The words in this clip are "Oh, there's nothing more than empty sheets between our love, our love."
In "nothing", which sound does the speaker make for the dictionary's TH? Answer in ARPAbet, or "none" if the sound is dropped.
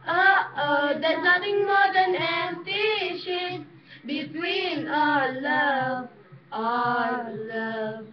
T